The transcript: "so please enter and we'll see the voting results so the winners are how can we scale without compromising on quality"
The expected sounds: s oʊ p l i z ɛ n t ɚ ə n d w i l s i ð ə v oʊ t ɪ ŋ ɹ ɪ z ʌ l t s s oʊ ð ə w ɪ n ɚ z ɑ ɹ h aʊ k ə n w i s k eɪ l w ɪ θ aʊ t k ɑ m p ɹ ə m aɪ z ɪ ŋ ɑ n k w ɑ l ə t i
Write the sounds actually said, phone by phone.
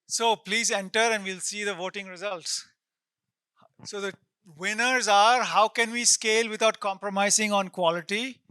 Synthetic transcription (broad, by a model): s oʊ p l i z ɛ n t ɚ ə n d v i l s i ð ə v oʊ t ɪ ŋ ɹ ɪ z ʌ l t s s oʊ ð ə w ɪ n ɚ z ɑ ɹ h aʊ k ə n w i s k eɪ l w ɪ t aʊ t k ɑ m p ɹ ə m aɪ z ɪ ŋ ɑ n k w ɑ l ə t i